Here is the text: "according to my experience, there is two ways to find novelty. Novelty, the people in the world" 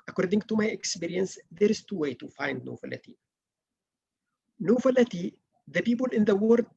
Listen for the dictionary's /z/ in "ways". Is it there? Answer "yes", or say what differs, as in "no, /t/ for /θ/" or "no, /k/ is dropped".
no, /z/ is dropped